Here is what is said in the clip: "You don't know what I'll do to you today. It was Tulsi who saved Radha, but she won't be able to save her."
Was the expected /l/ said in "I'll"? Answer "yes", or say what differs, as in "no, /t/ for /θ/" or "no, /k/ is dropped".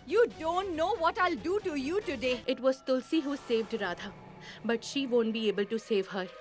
yes